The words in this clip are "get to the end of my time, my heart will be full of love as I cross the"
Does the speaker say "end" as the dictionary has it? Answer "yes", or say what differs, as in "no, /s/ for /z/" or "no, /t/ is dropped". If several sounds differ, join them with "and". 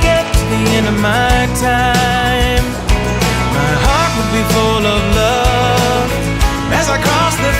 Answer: no, /d/ is dropped